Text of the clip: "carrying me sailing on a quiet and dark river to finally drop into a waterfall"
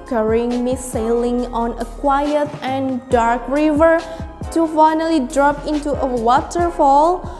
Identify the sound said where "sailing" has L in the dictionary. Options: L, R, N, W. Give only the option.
L